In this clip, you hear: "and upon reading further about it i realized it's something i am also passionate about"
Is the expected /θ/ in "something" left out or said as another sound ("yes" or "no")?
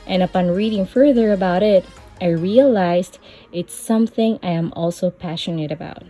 no